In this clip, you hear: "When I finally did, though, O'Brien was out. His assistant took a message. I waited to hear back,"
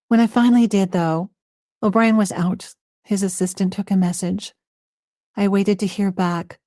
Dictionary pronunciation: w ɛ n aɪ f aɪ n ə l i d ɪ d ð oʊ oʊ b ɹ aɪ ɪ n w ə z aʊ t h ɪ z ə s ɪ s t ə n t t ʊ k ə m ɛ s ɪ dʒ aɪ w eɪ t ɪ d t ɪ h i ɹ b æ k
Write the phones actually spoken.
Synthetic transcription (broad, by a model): w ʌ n aɪ f aɪ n l i d ɪ d ð oʊ oʊ b ɹ aɪ ɪ n w ə z aʊ t h ɪ z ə s ɪ s t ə n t t ʊ k ə m ɛ s ɪ dʒ aɪ w eɪ t ɪ d t ɪ h i ɹ b æ k